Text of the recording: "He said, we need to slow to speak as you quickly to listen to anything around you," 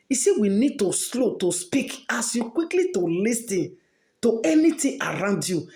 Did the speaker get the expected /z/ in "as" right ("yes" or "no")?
no